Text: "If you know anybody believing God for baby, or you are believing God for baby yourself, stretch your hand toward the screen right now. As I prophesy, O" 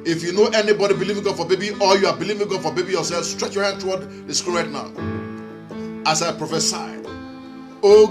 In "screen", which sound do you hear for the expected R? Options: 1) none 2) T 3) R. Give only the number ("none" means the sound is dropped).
1